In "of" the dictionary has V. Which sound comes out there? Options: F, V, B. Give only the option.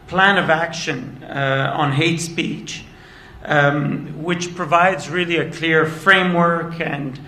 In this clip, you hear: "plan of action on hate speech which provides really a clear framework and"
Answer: V